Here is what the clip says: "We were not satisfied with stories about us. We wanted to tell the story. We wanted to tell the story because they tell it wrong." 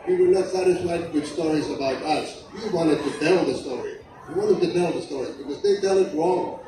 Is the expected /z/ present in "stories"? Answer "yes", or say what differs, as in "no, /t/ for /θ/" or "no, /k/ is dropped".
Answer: yes